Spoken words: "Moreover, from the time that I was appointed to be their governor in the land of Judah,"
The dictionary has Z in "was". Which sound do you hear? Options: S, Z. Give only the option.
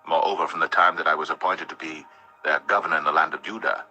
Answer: Z